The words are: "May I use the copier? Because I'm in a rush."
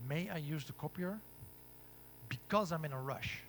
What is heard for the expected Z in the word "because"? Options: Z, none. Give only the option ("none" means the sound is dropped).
Z